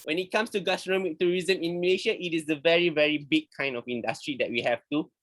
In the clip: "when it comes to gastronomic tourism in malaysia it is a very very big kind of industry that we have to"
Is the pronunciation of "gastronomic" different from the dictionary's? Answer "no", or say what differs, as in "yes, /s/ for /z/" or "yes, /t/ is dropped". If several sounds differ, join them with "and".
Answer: yes, /ɹ/ is dropped